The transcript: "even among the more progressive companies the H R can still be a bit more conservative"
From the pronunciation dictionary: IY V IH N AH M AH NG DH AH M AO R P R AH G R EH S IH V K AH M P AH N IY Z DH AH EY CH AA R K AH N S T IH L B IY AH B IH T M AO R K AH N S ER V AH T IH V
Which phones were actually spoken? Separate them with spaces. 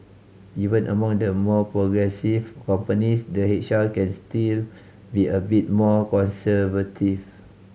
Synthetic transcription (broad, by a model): IY V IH N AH M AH NG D AH M AO P R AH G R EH S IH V K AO M P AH N IY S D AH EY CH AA L K AH N S T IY L B IY AH B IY T M AO K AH N S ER V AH T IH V